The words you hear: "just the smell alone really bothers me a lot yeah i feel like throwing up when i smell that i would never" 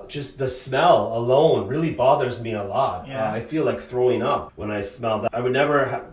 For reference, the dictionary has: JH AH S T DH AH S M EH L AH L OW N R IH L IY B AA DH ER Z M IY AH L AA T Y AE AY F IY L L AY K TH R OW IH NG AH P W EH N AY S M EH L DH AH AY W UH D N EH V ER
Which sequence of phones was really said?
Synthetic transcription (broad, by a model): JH AH S T DH AH S M EH L AH L OW N R IH L IY B AA DH ER Z M IY AH L AA T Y AY F IY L L AY K TH R OW IH NG AH P W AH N AY S M EH L DH AH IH W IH D N EH V ER